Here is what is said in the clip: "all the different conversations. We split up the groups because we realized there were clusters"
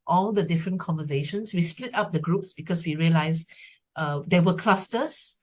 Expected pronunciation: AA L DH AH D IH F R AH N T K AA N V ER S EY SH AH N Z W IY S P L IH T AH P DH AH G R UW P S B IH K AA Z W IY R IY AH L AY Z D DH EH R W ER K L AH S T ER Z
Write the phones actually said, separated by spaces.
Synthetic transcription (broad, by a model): AA L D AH D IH F R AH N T K AA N V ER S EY SH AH N S W IY S P L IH T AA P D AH G R UW P S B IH K AA S W IY R IY AH L AY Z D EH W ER K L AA S T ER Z